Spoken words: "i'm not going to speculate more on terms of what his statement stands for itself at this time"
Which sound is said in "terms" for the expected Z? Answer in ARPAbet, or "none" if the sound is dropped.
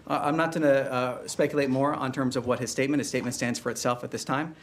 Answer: Z